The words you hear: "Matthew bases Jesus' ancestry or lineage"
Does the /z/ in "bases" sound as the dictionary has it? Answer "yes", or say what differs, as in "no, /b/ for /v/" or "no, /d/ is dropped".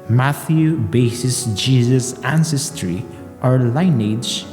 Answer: no, /s/ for /z/